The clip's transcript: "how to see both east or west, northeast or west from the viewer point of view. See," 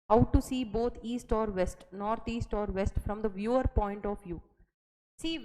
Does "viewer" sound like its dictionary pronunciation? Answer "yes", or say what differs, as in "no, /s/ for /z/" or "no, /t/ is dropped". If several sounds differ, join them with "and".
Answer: yes